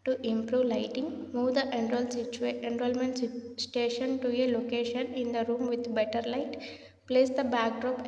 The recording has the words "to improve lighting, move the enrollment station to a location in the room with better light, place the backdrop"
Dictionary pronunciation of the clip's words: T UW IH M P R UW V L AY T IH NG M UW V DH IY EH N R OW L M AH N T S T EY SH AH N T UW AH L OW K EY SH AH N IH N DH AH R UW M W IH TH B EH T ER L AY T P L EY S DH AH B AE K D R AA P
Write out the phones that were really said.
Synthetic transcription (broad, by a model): T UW IH M P R UW V L AY T IH NG M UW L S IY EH N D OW L M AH N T S T EY SH AH N T UW AH L OW K EY SH AH N IH N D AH R UW M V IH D B EH T ER L AY T P L EY S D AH B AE K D R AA P